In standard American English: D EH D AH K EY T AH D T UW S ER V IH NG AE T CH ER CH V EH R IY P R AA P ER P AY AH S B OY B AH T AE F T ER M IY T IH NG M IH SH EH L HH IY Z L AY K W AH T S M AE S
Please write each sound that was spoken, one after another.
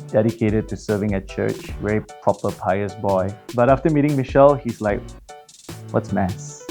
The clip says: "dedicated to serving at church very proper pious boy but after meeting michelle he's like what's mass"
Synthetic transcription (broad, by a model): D EH D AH K EY T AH D T UW S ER V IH NG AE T CH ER CH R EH IY P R AA P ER P AY AH S B OY B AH T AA F T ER M IY T IH NG M IH SH EH L HH IY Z L AY K W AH T S M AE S